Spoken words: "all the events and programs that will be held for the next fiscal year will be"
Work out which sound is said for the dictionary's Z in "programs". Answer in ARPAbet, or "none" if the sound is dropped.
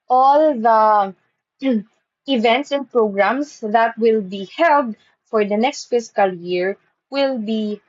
S